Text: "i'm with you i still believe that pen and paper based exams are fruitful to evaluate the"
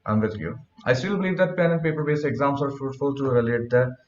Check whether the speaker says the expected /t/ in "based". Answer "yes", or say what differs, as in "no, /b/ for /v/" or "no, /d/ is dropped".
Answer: no, /t/ is dropped